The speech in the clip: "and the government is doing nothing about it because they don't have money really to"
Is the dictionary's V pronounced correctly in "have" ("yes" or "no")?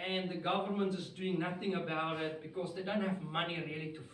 yes